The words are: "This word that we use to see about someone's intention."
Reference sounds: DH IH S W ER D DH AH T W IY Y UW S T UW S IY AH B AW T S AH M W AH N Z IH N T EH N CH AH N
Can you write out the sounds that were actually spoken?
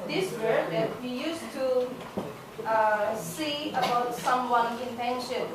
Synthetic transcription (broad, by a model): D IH S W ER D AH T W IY Y UW S T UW S IY AH B AW T S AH M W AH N IH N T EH N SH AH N